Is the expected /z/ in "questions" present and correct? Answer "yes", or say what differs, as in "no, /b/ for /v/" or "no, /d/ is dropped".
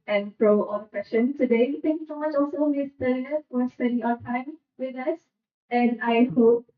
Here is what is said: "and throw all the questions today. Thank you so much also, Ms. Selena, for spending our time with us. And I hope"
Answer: no, /z/ is dropped